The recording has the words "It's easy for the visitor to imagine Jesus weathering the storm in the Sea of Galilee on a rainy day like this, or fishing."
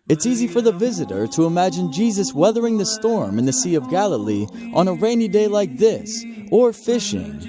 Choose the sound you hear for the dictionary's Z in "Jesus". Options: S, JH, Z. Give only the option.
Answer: Z